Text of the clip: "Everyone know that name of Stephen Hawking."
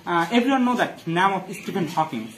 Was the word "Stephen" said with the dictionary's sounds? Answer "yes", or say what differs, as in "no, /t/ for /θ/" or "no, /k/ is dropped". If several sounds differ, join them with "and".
no, /p/ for /v/